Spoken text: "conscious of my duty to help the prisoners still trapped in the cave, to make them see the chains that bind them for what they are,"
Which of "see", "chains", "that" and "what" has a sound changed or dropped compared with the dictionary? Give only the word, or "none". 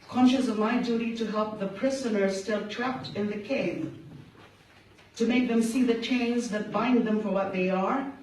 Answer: none